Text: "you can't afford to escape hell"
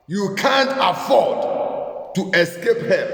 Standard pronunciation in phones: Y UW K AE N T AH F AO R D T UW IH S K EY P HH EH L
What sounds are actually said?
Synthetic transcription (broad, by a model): Y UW K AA N T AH F AO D T UW IH S K EY P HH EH